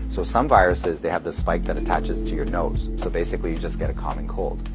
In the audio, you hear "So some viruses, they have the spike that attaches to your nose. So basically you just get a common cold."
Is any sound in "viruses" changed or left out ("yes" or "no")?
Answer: no